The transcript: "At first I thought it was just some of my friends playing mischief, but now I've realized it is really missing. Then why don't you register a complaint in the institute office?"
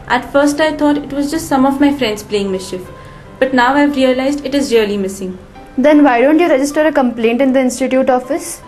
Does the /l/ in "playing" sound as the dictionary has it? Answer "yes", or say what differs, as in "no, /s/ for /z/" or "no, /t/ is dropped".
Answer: yes